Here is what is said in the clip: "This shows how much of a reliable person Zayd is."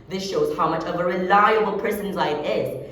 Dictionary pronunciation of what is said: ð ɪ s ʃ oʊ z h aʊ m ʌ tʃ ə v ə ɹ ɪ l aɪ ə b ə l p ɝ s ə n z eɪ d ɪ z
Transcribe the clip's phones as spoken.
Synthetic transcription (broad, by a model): ð ɪ s ʃ oʊ z h aʊ m ʌ tʃ ə v ə ɹ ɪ l aɪ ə b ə l p ɝ s ə n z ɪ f ɪ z